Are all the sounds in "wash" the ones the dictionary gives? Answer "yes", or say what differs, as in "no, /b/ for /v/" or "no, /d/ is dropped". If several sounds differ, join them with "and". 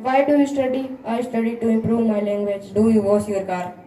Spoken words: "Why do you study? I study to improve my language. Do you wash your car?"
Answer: no, /s/ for /ʃ/